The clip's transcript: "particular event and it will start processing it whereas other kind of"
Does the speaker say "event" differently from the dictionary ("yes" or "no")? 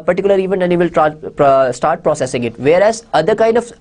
yes